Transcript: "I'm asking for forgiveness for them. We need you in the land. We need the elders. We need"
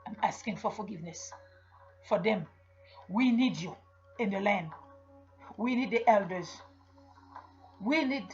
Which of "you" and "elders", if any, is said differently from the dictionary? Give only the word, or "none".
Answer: none